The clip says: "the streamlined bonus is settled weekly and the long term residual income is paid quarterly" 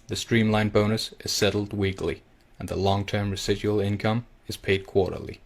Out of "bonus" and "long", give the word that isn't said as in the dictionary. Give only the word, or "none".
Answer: none